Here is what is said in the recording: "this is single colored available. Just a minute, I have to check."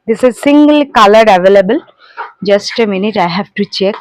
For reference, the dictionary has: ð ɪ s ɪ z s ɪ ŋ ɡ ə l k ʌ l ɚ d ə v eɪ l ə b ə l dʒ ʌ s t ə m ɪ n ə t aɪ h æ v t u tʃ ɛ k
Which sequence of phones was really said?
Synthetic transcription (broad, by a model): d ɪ s ɪ z s ɪ ŋ ɡ ə l k ʌ l ɚ d ə v eɪ l ə b ə l dʒ ʌ s t ə m ɪ n ə t aɪ h æ v t u tʃ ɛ k